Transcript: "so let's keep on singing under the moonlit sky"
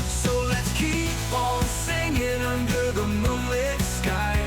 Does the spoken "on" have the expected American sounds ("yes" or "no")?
no